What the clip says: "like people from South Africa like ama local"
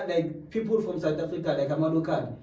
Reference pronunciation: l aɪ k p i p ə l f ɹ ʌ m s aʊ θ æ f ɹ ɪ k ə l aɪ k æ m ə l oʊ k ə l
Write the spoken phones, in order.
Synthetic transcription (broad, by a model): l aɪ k p i p ə l f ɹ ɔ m s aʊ t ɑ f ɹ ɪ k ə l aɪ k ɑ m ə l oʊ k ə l